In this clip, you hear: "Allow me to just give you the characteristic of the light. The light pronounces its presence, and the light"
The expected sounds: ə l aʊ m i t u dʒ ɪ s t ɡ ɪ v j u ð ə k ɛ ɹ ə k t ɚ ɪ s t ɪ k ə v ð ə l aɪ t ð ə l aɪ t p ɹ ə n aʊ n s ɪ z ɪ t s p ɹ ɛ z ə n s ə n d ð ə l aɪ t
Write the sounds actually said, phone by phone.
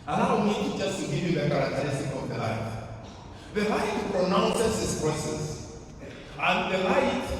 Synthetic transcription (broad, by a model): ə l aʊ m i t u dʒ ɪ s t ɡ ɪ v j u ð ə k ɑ ɹ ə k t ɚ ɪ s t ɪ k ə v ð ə l aɪ t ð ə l aɪ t p ɹ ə n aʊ n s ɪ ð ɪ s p ɹ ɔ s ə s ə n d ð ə l aɪ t